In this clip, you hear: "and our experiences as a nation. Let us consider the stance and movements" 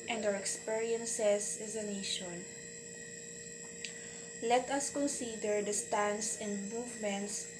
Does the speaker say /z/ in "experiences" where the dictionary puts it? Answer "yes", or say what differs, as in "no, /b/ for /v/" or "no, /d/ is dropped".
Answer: no, /s/ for /z/